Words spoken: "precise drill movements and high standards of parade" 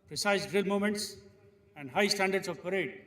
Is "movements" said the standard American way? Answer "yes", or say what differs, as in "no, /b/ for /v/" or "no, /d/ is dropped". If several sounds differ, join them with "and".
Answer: no, /v/ is dropped